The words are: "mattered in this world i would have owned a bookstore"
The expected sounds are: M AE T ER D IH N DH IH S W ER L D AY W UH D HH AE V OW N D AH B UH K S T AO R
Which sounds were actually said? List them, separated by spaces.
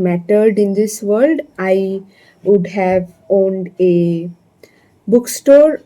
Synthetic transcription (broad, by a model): M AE T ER D IH N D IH S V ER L D AY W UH D HH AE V OW N D AH B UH K S T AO R